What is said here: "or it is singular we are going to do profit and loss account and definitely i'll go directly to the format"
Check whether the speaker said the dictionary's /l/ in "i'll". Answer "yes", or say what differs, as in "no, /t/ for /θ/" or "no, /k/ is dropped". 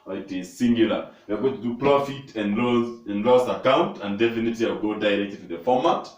no, /w/ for /l/